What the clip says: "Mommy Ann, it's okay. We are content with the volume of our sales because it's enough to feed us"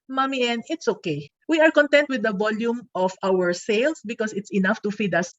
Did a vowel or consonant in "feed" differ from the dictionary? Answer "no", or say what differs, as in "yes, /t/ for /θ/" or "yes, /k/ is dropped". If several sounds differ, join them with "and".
no